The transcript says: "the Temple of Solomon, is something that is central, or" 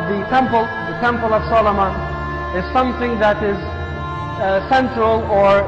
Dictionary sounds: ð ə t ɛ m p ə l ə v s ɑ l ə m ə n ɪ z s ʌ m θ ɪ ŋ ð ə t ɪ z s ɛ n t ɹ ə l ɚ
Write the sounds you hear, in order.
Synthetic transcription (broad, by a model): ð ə t ɛ m p ə l ə v s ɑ l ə m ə ɪ z s ʌ m θ ɪ ŋ ð ə t ɪ z s ɛ n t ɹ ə l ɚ